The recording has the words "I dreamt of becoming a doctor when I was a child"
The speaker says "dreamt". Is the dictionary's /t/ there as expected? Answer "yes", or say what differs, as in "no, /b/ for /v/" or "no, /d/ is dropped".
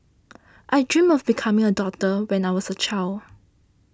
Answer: no, /t/ is dropped